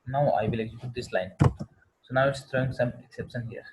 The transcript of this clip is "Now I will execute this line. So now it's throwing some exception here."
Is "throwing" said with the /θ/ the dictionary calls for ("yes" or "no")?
no